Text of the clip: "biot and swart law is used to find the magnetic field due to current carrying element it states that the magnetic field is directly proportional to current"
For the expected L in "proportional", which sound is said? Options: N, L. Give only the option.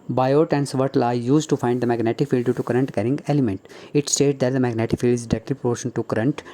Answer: N